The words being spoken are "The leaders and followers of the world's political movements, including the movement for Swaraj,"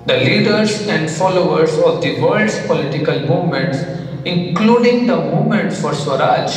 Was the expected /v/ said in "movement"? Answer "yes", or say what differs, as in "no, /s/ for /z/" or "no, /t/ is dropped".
no, /v/ is dropped